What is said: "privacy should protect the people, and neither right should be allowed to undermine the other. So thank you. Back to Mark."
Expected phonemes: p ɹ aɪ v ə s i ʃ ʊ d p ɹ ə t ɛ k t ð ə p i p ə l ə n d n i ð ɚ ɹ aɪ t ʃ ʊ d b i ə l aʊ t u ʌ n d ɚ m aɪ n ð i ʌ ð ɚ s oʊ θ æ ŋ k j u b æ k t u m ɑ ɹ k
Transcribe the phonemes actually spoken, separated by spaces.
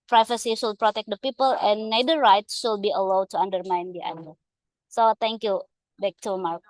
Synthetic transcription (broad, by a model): p ɹ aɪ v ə s i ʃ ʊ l p ɹ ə t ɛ k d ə p i p ə l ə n n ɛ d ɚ ɹ aɪ t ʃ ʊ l b i ə l aʊ t u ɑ n d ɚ m aɪ n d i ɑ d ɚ s oʊ t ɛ ŋ k j u b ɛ k t u m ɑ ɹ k